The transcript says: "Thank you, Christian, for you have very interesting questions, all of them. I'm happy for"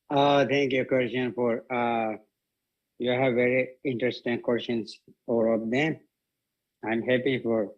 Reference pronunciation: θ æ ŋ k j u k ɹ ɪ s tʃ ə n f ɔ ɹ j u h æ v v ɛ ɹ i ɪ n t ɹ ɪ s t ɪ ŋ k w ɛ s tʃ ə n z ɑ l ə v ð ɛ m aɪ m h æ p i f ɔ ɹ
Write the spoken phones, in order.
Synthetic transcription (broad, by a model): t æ ŋ k j u k w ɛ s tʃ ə n f ɔ ɹ j u h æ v v ɛ ɹ i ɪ n t ɹ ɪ s t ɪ ŋ k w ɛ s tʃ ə n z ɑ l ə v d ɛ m aɪ m h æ p i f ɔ ɹ